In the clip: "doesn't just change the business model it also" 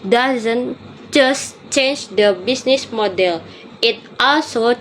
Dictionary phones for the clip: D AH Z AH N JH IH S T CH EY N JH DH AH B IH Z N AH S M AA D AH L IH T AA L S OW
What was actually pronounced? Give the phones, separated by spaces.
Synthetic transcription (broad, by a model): D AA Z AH N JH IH S CH EY N JH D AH B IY S N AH S M AA D AH L IH T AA L S OW